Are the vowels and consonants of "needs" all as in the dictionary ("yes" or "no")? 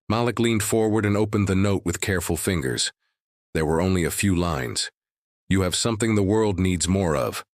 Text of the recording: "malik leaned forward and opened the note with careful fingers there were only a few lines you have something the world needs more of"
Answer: yes